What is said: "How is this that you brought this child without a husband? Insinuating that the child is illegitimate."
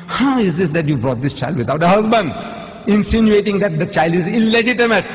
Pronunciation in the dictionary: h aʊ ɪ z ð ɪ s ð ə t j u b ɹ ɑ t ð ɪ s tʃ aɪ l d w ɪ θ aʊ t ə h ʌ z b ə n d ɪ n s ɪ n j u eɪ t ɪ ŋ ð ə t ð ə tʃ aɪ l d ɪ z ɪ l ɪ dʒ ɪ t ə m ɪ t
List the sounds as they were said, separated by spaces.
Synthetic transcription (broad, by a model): h aʊ ɪ z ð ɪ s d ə t j u b ɹ ɑ t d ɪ s tʃ aɪ l d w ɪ t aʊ t ə h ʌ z b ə n d ɪ n s ɪ n j u eɪ t ɪ ŋ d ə t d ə tʃ aɪ l d ɪ z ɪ l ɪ dʒ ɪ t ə m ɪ t